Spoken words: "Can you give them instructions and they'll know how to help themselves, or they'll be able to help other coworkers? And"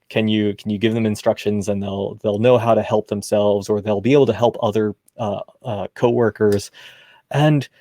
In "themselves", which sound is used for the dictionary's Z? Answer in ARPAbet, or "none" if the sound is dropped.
Z